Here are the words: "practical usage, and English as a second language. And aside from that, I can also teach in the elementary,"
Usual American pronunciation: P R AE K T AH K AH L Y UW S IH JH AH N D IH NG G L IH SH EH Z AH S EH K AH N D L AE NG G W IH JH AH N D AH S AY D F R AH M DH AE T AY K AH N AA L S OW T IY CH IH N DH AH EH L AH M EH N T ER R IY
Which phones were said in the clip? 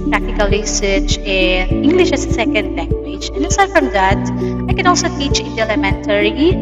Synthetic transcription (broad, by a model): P R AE K T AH K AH L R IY S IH CH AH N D IH NG G L IH SH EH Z AH S EH K AH N D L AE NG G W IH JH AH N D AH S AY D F R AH M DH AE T AY K AH N AA L S OW T IY CH IH N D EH L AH M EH N T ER R IY